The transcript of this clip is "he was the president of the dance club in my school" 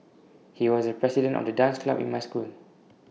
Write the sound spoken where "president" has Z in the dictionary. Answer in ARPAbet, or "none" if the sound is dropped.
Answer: S